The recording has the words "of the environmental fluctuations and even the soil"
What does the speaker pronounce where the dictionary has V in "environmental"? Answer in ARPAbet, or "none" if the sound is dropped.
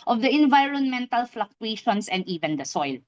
V